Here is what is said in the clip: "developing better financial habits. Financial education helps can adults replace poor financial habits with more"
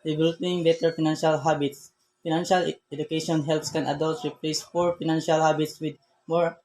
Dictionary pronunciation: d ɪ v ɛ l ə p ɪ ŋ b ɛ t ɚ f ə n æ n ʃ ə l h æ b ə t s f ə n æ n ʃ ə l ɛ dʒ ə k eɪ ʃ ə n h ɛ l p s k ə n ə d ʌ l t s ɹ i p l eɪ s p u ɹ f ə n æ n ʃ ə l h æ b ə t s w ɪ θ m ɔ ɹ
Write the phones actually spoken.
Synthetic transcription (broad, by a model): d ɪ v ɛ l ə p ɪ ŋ b ɛ t ɚ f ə n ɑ n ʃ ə l h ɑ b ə t s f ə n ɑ n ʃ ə l ɛ dʒ ə k eɪ ʃ ə n h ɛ l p s k ə n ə d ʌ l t ɹ i p l eɪ s f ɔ ɹ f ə n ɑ n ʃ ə l h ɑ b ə t s w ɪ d m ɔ ɹ